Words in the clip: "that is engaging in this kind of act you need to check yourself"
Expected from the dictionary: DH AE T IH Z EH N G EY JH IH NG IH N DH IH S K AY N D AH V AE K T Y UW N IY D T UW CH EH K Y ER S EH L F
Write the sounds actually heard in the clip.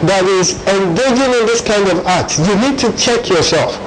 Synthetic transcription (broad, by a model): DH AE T IH Z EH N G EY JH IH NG IH N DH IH S K AY N D AH V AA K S Y UW N IY D T UW CH EH K Y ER S EH L F